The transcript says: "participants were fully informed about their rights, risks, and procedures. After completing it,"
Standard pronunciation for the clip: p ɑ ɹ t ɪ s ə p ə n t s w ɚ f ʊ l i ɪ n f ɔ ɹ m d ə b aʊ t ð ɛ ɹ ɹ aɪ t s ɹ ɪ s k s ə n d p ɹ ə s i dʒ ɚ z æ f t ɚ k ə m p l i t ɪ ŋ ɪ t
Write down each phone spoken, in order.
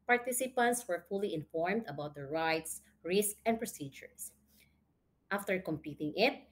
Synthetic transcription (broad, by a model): p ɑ ɹ t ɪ s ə p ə n t s w ɚ f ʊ l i ɪ n f ɔ ɹ m d ə b aʊ t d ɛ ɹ ɹ aɪ t s ɹ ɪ s k ə n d p ɹ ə s i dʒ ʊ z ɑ f t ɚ k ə m p i t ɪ ŋ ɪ t